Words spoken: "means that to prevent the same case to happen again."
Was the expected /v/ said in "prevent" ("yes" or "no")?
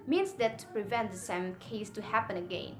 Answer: yes